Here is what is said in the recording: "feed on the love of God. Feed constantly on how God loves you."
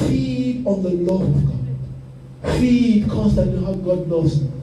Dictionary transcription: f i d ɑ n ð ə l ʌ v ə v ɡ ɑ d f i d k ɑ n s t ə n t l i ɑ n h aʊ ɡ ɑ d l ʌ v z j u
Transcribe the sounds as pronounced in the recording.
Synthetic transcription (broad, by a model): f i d ɑ n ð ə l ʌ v ə v ɡ ɑ d f i d k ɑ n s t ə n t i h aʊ ɡ ɑ d n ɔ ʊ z